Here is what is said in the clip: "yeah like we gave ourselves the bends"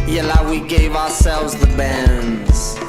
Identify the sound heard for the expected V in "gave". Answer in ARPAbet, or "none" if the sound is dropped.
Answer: V